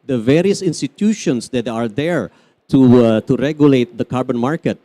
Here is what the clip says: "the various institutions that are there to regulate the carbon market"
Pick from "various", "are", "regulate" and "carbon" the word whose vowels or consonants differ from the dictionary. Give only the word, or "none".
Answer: none